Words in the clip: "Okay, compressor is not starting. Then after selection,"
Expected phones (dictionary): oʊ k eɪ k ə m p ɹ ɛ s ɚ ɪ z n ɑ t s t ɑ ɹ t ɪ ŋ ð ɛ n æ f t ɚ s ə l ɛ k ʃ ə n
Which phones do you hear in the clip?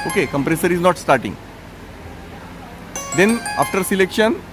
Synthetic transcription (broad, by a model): oʊ k eɪ k ə m p ɹ ɛ s ɚ ɪ z n ɑ t s t ɑ ɹ t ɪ ŋ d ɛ n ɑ f t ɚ s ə l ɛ k ʃ ə n